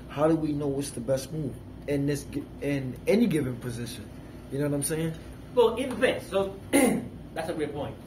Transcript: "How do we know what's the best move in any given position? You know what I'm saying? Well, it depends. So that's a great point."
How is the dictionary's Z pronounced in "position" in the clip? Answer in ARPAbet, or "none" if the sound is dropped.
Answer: Z